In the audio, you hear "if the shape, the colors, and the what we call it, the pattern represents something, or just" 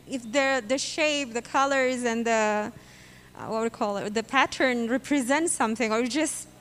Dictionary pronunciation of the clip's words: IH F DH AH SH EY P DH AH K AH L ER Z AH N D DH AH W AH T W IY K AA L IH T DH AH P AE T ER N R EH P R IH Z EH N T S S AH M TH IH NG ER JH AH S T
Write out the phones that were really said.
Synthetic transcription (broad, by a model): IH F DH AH SH EY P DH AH K AH L ER Z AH N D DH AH W AH T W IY K AA L IH T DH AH P AE T ER N R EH P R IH Z EH N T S S AH M TH IH NG ER JH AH S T